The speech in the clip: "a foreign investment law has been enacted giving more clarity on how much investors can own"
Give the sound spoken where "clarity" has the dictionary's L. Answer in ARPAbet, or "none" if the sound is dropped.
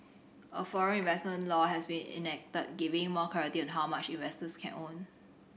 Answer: none